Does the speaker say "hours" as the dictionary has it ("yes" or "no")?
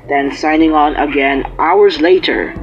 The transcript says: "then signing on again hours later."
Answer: yes